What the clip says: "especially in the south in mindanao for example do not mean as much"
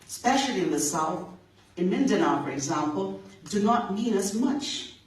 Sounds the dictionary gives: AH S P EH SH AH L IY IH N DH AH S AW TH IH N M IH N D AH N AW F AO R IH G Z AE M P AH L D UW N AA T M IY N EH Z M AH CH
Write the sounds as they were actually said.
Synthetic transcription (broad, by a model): S P EH SH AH L IY IH N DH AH S AW TH IH N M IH N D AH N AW F AO R IH G Z AE M P AH L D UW N AA T M IY N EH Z M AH CH